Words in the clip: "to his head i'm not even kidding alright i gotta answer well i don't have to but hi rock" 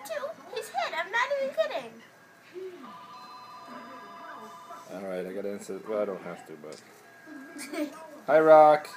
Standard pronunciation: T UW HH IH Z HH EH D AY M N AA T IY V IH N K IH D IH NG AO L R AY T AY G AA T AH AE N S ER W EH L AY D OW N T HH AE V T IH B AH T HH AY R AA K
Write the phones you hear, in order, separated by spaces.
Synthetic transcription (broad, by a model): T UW HH IH Z HH EH D AY M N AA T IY IH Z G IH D IH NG AO L R AY T AY G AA T AE N S ER W EH L AY D OW N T HH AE F T IH B AH T HH AY R AA K